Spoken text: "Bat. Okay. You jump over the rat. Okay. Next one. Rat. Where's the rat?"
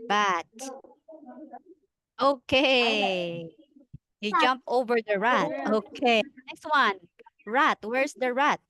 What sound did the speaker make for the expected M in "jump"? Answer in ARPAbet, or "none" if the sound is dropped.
M